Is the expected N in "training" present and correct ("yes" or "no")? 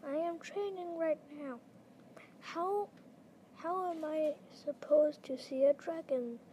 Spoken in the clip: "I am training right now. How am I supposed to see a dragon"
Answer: yes